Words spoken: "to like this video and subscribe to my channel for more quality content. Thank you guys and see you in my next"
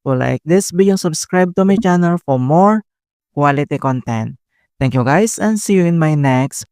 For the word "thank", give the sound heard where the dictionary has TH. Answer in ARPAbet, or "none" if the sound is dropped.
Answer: T